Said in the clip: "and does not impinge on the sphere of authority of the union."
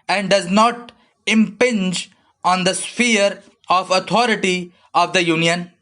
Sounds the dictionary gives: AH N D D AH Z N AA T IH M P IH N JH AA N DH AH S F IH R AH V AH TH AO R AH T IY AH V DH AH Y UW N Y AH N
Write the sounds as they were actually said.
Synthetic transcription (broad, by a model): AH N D D AH Z N AA T IH M P IH N JH AA N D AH S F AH R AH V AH T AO R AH T IY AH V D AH Y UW N Y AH N